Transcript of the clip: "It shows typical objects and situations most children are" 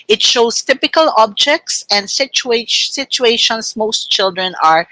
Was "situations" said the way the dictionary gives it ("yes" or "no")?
no